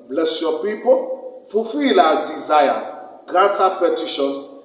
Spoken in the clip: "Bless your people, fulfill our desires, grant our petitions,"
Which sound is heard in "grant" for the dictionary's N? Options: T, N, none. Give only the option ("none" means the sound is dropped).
none